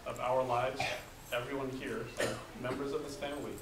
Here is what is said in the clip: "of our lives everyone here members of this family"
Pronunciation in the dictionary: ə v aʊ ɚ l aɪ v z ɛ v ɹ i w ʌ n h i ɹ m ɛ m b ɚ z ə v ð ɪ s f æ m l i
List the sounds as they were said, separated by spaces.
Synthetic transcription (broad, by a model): ə v aʊ ɚ l aɪ v z ɛ v ɹ i w ʌ n h i ɹ m ɛ m b ɚ z ə v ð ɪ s f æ m l i